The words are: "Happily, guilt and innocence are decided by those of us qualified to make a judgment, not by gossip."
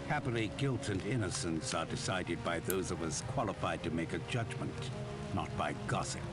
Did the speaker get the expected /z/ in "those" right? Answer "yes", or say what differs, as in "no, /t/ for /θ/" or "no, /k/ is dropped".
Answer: yes